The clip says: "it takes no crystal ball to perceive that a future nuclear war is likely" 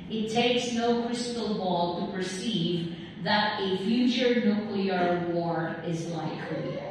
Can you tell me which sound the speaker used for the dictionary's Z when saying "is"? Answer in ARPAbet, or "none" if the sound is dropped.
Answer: Z